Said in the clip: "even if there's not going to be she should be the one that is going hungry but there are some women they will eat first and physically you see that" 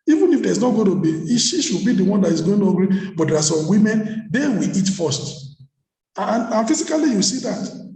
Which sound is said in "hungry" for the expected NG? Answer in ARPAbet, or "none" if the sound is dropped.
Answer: none